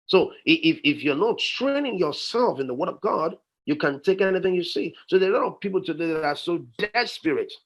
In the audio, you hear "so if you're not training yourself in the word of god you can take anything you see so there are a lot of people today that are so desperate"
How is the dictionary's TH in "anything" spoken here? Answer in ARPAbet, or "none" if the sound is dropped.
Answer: TH